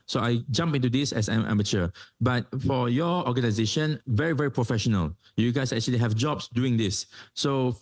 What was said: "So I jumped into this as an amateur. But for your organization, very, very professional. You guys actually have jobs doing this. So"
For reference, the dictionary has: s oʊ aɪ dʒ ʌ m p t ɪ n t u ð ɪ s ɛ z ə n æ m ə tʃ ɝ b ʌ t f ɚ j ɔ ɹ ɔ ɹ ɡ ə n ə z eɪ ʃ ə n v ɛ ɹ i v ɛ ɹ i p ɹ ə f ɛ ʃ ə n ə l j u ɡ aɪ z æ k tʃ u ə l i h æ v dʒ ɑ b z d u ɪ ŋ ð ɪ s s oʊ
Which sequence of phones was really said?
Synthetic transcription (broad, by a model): s oʊ aɪ dʒ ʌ m p ɪ n t u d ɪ s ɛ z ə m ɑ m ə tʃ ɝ b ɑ t f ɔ j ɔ ɔ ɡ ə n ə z eɪ ʃ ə n v ɛ ɹ i v ɛ ɹ i p ɹ ə f ɛ ʃ ə n ə l j u ɡ aɪ s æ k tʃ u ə l i h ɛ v dʒ ɑ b s d u ɪ ŋ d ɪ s s oʊ